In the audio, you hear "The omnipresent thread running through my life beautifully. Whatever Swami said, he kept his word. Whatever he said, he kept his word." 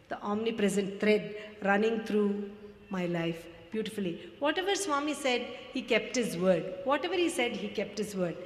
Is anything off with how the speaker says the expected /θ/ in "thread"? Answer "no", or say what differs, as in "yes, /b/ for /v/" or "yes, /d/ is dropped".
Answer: yes, /t/ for /θ/